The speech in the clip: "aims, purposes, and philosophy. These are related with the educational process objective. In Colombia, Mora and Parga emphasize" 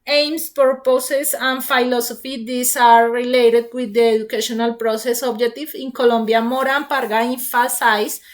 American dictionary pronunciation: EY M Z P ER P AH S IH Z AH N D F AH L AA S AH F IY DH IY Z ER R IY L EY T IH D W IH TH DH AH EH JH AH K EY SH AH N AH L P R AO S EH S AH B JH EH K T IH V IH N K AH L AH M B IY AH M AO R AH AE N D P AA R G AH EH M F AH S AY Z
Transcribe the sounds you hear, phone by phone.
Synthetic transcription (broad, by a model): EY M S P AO P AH S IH S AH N F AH L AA S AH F IY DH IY S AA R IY L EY T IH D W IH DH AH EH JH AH K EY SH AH N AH L P R AO S EH S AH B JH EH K T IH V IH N K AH L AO M B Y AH M AO R AH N P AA R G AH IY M F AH S AY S